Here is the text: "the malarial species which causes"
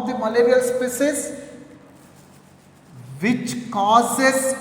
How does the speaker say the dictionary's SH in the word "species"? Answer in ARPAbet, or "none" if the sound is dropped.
S